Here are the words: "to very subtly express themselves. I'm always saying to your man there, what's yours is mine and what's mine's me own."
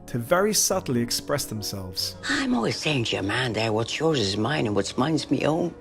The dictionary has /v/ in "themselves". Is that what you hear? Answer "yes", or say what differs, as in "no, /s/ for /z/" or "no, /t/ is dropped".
yes